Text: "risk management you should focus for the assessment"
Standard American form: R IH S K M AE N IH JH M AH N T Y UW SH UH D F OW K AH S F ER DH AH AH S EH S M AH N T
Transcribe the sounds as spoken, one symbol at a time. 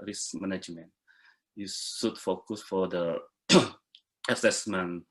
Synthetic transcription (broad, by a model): R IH S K M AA N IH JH M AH N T Y UW S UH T F OW K AH S F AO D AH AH S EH S M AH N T